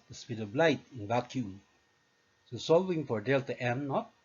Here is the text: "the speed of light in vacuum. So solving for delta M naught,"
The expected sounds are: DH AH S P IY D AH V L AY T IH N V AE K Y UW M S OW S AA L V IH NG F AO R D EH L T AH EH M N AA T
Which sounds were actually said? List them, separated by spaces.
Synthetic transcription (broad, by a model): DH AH S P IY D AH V L AY T IH N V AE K Y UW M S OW S AA L V IH NG F AO R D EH L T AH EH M N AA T